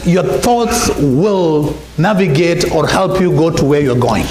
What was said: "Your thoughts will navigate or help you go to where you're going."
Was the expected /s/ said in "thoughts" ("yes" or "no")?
yes